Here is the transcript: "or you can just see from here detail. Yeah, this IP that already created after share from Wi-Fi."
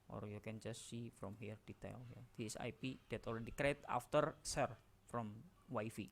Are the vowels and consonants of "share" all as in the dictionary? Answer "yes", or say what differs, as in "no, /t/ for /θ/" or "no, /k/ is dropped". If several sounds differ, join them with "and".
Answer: no, /s/ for /ʃ/